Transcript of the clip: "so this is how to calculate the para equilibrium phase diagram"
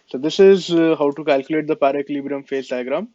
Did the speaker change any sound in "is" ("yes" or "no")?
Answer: no